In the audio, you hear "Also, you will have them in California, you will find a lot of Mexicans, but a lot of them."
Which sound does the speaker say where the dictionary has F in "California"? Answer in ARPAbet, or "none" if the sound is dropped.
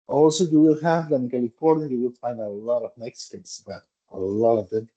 P